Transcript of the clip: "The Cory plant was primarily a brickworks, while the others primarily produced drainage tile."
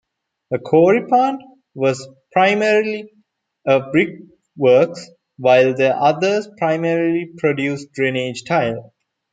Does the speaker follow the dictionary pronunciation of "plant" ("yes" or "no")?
no